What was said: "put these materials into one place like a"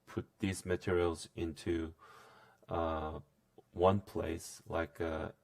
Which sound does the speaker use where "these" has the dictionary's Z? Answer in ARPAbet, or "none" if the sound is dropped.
Z